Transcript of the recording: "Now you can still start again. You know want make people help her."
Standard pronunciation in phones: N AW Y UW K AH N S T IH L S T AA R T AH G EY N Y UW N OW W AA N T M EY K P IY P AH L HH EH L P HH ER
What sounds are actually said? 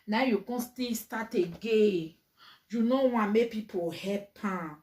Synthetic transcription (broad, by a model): N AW Y UW K AH N S T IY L S T AA T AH G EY Y UW N OW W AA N M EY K P IY P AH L HH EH P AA